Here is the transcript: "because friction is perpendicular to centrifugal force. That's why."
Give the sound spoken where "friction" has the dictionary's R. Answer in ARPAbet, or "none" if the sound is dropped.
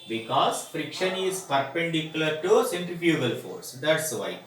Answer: R